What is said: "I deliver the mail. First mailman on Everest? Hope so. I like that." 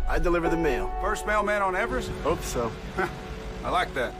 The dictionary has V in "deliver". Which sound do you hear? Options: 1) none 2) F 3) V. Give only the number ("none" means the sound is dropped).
3